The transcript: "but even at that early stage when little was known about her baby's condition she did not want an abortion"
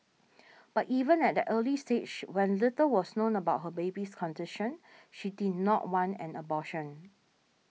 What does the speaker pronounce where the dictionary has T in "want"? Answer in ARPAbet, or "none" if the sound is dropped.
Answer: none